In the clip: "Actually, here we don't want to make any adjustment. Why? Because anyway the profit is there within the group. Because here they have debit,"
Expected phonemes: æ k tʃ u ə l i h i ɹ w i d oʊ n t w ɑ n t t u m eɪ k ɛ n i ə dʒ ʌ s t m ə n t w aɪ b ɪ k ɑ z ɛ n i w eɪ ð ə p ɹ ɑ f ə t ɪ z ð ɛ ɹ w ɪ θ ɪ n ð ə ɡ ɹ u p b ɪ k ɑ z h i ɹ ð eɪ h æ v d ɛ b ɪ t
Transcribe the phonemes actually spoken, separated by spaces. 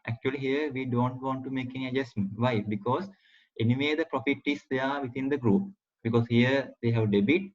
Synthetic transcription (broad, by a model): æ k tʃ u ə l i h i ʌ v i d oʊ n t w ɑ n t t u m eɪ k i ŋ ə dʒ ʌ s t m ə n t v aɪ b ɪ k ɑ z ɛ n i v eɪ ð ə p ɹ ɑ f ə t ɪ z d ɛ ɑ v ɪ t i n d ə ɡ ɹ u p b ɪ k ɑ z h i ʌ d eɪ h æ v d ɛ b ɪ t